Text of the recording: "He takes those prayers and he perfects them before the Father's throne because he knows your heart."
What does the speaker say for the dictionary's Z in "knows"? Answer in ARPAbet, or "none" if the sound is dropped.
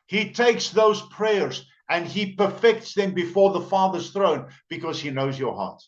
Z